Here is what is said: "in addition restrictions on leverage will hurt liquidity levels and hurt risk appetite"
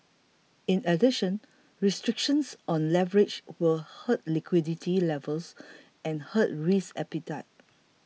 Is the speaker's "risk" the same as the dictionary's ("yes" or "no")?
no